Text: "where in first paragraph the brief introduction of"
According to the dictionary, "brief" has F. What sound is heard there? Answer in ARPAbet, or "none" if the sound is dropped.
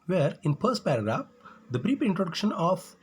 P